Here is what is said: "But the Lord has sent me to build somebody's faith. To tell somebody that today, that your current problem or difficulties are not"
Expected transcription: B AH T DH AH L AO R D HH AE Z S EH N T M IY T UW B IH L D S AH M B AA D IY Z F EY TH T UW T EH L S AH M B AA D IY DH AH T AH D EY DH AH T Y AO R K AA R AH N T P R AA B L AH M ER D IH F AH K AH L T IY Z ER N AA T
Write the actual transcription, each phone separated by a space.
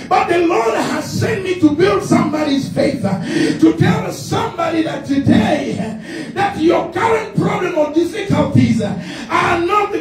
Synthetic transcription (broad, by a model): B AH T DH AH L AO R D HH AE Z S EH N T M IY T UW B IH L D S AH M B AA D IY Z F EY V T UW T EH L S AH M B AA D IY DH AH T AH D EY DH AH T Y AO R K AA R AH N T P R AA B L AH M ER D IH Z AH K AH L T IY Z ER N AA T